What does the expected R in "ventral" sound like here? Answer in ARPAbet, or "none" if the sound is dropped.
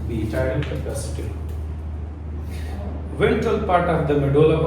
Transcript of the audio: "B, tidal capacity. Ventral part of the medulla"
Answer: none